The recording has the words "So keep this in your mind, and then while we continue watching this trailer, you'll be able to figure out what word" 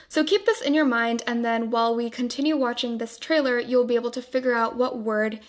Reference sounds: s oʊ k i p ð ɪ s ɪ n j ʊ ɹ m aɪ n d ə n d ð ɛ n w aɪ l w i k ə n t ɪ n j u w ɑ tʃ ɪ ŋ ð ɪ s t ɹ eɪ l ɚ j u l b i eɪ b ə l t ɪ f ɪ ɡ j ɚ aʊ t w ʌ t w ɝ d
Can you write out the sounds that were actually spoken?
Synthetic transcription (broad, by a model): s oʊ k i p ð ɪ s ɪ n j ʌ ɹ m aɪ n d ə n ð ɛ n w aɪ l w i k ə n t ɪ n j u w ɑ tʃ ɪ ŋ ð ɪ s t ɹ eɪ l ɚ j u l b i eɪ b l t ɪ f ɪ ɡ j ɚ aʊ t w ʌ t w ɝ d